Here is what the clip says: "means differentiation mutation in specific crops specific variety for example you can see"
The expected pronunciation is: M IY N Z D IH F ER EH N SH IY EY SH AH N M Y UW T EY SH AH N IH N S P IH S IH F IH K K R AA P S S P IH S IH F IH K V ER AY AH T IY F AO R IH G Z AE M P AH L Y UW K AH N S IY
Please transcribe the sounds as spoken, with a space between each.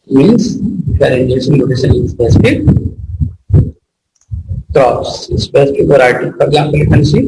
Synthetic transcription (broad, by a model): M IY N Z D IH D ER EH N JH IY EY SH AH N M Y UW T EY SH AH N IH N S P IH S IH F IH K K R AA S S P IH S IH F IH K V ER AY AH T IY F AO R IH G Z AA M P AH L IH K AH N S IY